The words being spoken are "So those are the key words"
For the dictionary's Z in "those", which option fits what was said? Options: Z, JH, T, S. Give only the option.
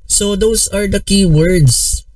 S